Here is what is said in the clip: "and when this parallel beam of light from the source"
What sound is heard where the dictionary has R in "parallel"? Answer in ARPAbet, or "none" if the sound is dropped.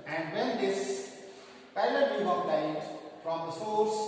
none